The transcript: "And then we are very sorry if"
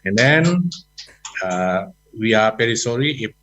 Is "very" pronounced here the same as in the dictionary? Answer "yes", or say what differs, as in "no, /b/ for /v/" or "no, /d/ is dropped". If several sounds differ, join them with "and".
no, /p/ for /v/